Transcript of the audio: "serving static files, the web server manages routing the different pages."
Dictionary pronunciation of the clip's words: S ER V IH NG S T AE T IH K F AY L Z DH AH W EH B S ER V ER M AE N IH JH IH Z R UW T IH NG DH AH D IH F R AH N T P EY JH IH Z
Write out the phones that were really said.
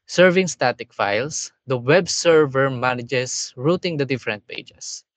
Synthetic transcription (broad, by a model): S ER V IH NG S T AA T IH K F AY L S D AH W EH B S ER V ER M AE N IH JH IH S R UW T IH NG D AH D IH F R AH N T P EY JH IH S